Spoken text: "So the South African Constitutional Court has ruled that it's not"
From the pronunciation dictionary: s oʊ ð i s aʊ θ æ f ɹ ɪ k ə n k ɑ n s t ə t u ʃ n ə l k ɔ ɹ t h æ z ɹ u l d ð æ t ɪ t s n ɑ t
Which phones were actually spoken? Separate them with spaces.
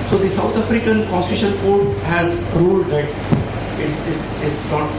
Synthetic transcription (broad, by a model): s oʊ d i s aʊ t æ f ɹ ɪ k ə n k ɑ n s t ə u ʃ ə n k ɔ ɹ t h æ z ɹ u l d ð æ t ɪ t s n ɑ t